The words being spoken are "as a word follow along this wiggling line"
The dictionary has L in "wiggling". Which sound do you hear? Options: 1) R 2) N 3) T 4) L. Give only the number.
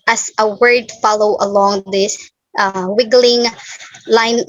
4